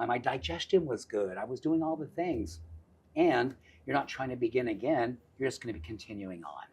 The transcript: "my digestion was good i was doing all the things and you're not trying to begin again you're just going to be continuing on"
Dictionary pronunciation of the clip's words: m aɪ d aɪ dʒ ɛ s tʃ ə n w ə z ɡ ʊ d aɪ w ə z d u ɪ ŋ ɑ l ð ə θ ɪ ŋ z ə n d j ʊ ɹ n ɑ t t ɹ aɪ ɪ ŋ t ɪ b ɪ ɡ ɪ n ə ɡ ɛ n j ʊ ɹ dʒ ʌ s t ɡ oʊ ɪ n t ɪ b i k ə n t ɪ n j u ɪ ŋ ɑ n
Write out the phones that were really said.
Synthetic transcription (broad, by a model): m aɪ d aɪ dʒ ɛ s tʃ ə n w ə z ɡ ʊ d aɪ w ə z d u ɪ ŋ ɑ l ð ə θ ɪ ŋ z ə n j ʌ ɹ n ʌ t t ɹ aɪ ɪ ŋ t ɪ b ɪ ɡ ɪ n ə ɡ ɛ n j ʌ ɹ dʒ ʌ s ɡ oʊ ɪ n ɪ b i k ə n t ɪ n j u ɪ ŋ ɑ n